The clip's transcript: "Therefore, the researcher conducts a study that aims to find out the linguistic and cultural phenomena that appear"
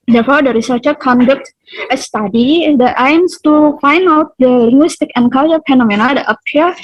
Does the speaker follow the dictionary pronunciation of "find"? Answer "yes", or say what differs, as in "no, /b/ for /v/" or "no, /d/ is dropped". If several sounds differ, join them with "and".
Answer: yes